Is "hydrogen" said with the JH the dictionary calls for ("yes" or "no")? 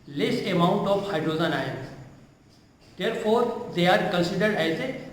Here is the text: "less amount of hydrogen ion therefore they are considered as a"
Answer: no